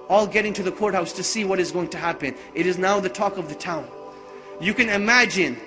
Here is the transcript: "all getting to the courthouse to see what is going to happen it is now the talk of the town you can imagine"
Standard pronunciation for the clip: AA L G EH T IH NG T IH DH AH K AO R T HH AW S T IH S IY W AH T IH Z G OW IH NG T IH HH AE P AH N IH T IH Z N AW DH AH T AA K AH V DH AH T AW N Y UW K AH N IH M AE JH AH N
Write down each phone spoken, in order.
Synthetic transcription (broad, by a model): AA L G EH T IH NG T IH DH AH K AO R T HH AW S T IH S IY W AH T IH Z G OW IH NG T IH HH AE P AH N IH T IH Z N AW DH AH T AA K AH V DH AH T AW N Y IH K AH N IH M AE JH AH N